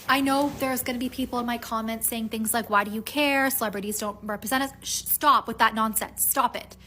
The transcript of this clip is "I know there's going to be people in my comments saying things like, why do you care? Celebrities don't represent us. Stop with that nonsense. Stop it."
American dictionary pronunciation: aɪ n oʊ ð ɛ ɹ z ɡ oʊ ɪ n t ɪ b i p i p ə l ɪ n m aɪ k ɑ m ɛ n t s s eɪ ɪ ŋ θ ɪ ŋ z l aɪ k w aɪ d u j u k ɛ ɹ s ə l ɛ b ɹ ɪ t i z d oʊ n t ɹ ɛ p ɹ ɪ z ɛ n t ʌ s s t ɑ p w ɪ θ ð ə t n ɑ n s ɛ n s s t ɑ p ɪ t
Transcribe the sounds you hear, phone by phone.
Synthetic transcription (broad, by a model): aɪ n oʊ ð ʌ ɹ z ɡ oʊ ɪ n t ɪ b i p i p l ɪ n m aɪ k ɑ m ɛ n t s s eɪ ɪ ŋ θ ɪ ŋ z l aɪ k w aɪ d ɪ j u k ɛ ɹ s ə l ɛ b ɹ ɪ t i z d oʊ n t ɹ ɛ p ɹ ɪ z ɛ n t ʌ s s t ɑ p w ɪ ð ə t n ɑ n s ɛ n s s t ɑ p ɪ t